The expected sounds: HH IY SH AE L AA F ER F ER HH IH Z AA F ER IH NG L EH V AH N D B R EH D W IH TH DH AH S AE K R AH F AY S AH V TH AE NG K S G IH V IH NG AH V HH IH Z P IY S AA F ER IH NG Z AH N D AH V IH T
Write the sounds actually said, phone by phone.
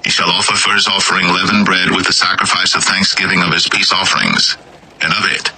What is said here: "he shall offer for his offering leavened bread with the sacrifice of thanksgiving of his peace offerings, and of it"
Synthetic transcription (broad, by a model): HH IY SH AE L AA F ER F ER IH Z AA F ER IH NG L EH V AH N B R EH D W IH DH AH S AE K R AH F AY S AH V TH AE NG K S G IH V IH NG AH V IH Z P IY S AA F ER IH NG Z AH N AH V IH T